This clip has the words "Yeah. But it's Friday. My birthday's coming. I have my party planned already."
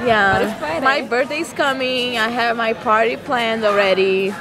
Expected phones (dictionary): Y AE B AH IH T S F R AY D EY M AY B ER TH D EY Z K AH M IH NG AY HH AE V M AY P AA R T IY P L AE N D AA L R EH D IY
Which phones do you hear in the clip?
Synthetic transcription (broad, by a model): Y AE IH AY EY M AY B ER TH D EY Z K AH M IH NG AY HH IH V M AY P AA R T IY P L AE N D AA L R EH D IY